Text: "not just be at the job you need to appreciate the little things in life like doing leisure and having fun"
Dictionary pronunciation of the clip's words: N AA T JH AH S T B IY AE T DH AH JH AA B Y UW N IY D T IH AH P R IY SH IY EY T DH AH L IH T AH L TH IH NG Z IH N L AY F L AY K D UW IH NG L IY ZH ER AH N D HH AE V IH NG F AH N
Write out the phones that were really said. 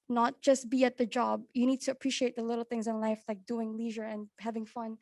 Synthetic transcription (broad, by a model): N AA T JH AH S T B IY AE T DH AH JH AA B Y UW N IY D T IH AH P R IY SH IY EY T DH AH L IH T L TH IH NG Z IH N L AY F L AY K D UW IH NG L IY ZH ER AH N HH AE V IH NG F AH N